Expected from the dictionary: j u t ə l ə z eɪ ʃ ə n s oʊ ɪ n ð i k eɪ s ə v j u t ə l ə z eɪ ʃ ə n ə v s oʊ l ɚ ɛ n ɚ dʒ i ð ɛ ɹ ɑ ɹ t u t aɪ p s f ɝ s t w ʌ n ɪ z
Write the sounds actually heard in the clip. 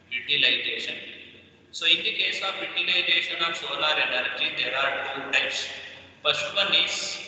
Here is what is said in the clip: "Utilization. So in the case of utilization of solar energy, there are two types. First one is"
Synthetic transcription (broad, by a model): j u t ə l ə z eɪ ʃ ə n s oʊ ɪ n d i k eɪ s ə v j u t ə l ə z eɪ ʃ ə n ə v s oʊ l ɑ ɛ n ɚ dʒ i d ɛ ɹ ɑ ɹ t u t aɪ p s p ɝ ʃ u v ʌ n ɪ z